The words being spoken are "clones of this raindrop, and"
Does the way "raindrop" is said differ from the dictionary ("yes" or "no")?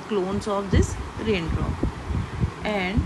yes